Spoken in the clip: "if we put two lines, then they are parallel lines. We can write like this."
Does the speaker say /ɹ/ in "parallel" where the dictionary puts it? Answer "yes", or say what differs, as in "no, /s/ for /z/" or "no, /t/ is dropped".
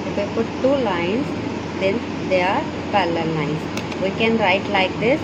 no, /l/ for /ɹ/